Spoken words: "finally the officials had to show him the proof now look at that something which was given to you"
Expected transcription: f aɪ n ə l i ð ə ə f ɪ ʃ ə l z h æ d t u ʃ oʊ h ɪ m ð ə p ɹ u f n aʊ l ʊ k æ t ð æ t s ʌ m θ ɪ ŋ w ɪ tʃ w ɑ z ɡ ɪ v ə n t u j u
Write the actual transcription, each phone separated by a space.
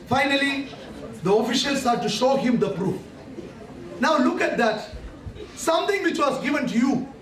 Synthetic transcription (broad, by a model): f aɪ n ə l i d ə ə f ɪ ʃ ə l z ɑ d t u ʃ oʊ h ɪ m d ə p ɹ u f n aʊ l ʊ k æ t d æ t s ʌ m t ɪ ŋ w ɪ tʃ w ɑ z ɡ ɪ v ə n t u j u